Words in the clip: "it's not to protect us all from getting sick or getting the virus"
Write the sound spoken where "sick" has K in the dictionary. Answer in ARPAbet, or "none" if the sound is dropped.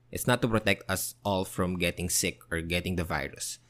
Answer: K